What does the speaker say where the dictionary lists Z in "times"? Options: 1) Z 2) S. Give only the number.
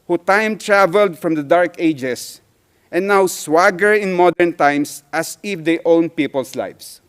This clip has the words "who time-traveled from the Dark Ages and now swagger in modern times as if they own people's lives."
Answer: 2